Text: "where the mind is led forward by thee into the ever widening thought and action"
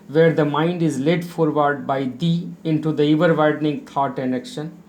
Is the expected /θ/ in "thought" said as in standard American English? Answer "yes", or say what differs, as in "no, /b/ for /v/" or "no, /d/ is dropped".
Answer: no, /t/ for /θ/